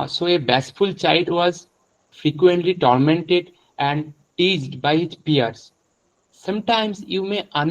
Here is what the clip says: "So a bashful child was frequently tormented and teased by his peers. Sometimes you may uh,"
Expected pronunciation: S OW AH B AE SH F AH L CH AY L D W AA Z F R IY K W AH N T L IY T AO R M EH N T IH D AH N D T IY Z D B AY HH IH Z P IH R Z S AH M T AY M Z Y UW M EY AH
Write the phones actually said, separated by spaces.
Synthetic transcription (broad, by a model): S OW AH B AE S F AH L CH AY L D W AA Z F R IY K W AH N T L IY T AO R M EH N T IH D AH N D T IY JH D B AY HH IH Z P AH R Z S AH M T AY M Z Y UW M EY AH